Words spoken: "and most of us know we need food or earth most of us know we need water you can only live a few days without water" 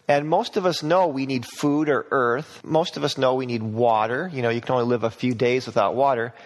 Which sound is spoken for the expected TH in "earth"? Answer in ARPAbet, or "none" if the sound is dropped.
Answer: TH